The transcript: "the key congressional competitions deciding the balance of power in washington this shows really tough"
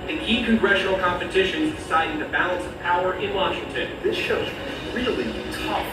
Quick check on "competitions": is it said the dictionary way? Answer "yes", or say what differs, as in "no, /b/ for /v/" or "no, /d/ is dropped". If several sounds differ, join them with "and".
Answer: yes